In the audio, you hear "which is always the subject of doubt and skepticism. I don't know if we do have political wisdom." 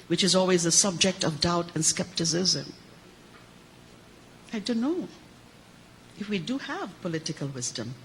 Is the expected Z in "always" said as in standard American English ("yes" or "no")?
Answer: yes